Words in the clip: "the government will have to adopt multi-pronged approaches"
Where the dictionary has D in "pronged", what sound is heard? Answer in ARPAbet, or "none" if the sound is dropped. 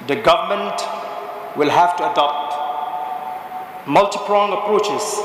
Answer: none